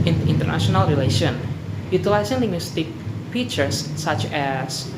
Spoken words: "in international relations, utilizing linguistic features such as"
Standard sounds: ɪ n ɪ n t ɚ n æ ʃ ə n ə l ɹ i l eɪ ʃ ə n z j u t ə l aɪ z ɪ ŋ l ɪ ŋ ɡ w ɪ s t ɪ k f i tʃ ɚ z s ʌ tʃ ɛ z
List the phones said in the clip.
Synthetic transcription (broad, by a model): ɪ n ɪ n t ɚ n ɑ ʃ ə n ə l ɹ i l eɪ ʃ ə n j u t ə l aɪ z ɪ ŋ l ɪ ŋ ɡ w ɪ s t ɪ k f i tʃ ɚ s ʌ tʃ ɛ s